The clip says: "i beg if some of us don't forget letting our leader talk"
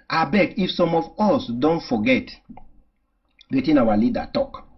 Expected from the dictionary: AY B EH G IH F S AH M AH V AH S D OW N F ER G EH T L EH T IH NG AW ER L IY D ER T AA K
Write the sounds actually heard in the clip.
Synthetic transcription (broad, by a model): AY B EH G IH F S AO M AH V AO S D OW N F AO G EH T W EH T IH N AW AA L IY D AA T AA K